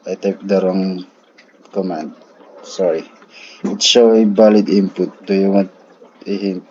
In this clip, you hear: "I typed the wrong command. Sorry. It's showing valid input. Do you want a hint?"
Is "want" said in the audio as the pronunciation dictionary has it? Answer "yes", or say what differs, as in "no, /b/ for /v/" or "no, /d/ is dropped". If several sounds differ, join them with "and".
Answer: no, /n/ is dropped